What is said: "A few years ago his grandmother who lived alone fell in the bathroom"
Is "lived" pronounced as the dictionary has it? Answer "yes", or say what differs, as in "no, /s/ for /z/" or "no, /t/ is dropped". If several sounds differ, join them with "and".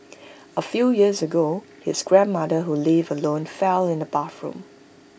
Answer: no, /d/ is dropped